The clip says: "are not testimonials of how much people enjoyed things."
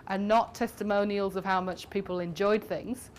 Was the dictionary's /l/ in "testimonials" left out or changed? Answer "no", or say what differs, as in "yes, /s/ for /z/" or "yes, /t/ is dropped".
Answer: no